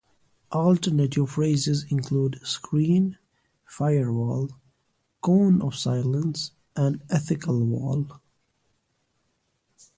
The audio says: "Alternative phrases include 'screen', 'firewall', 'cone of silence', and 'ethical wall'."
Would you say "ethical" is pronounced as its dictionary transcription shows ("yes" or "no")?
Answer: yes